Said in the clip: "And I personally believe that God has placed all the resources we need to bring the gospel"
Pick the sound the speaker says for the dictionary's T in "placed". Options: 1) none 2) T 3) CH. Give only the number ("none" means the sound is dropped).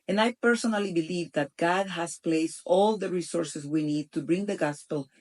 2